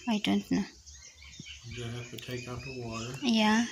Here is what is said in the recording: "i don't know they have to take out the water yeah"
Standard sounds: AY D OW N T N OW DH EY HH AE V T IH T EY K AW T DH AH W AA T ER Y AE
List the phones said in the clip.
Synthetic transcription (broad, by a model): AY D OW N T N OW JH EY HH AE F T IH T EY K AW T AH W AA T ER Y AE